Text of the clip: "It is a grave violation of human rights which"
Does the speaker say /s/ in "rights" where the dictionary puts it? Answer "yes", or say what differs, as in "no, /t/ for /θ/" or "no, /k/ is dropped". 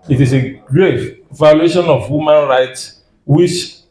yes